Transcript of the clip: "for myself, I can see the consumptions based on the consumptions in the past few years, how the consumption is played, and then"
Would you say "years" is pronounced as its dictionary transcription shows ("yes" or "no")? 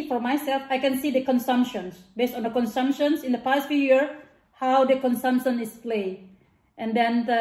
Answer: no